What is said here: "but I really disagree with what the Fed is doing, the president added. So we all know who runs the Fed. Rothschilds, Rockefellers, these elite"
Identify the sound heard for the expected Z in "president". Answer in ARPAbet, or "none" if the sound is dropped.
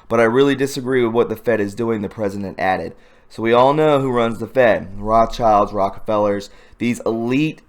Z